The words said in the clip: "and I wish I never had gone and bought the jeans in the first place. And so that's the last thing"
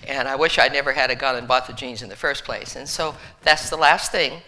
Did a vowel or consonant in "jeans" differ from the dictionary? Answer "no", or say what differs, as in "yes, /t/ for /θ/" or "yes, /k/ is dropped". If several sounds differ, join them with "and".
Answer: no